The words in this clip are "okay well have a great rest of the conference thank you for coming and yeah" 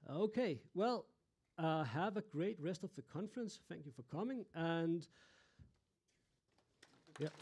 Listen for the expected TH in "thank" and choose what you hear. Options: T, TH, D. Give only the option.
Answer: TH